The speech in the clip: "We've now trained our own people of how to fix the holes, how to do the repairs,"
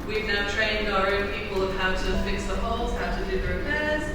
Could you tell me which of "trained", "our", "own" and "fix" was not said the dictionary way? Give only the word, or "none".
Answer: none